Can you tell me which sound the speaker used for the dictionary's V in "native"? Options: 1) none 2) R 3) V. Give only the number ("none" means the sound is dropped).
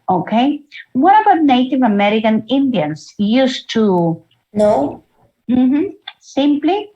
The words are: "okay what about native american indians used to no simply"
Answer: 3